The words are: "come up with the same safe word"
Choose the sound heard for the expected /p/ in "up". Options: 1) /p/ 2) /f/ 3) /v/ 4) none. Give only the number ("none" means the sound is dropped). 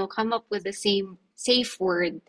1